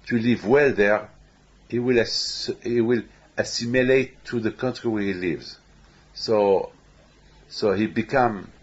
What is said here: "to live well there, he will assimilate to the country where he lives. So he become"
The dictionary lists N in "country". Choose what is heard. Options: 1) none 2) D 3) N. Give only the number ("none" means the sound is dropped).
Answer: 3